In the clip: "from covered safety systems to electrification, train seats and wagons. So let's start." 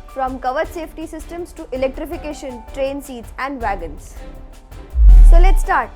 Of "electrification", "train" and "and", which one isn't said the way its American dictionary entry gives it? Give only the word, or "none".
none